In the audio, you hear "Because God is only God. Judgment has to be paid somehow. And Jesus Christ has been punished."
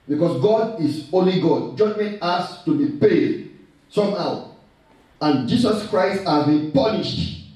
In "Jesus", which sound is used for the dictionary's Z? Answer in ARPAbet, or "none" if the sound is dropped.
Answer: S